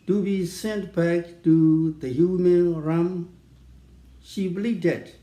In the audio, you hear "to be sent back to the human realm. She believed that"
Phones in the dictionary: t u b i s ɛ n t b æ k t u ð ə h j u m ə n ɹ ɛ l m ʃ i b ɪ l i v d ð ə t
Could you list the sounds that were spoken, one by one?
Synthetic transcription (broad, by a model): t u b i s ɛ n t b æ k t u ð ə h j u m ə n ɹ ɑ m ʃ i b l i d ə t